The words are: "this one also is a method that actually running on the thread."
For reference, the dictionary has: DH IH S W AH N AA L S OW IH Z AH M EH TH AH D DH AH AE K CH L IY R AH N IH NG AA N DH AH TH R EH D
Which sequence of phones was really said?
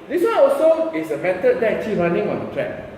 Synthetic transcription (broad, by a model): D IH S W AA N AA L S OW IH S AH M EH T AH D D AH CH IY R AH N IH NG AA N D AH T R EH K